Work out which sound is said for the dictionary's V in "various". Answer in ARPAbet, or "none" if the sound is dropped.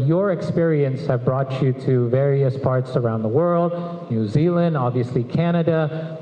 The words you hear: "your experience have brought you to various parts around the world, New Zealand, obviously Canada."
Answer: V